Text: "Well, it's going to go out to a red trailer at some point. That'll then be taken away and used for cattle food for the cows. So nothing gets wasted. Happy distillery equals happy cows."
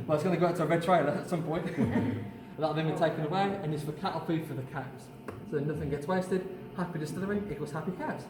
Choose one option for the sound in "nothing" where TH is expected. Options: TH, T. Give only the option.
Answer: TH